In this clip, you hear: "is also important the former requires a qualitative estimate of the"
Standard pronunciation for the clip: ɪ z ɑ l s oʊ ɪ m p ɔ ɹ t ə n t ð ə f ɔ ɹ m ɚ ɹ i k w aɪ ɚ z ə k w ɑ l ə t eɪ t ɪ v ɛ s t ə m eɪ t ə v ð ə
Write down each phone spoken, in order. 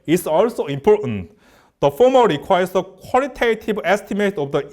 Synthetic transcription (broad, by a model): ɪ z ɑ l s oʊ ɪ m p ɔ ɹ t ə n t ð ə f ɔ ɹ m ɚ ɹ i k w aɪ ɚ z ə k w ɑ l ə t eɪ t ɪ b ɛ s t ə m eɪ t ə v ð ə